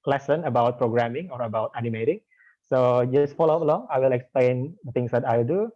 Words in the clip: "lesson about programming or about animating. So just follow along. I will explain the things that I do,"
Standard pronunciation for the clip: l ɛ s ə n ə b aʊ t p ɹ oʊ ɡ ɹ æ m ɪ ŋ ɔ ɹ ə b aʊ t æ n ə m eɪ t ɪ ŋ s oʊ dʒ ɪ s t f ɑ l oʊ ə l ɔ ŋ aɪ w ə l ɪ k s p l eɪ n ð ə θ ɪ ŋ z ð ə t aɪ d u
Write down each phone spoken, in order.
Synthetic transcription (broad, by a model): l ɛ s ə n ə b aʊ t p ɹ oʊ ɡ ɹ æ m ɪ ŋ ɔ ɹ ə b aʊ t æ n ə m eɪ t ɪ ŋ s oʊ dʒ ɪ s t f ɑ l oʊ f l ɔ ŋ aɪ w ə l ɪ k s p l eɪ n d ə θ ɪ ŋ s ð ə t aɪ d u